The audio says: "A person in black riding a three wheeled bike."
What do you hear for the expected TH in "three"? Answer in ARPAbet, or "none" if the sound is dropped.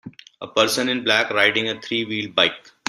T